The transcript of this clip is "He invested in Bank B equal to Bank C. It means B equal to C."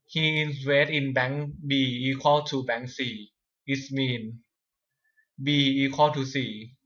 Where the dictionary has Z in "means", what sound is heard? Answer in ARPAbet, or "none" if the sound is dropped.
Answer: none